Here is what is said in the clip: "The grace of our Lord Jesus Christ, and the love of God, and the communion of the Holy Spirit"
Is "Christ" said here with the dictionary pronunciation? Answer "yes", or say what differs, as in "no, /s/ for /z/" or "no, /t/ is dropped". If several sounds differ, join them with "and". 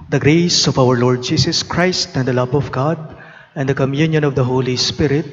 yes